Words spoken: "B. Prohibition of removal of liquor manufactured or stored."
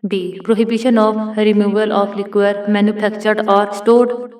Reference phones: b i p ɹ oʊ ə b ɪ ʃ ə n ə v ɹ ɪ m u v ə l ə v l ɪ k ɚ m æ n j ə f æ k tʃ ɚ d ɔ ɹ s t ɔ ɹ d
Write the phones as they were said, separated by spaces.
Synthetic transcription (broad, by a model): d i p ɹ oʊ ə b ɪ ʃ ə n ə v ɹ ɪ m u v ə l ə p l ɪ k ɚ m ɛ n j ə p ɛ k tʃ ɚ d ɔ ɹ s t ɔ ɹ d